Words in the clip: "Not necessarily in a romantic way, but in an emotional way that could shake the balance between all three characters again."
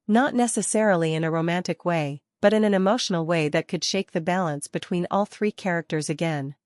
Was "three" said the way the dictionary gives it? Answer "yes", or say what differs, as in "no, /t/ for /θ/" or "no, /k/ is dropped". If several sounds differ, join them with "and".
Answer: yes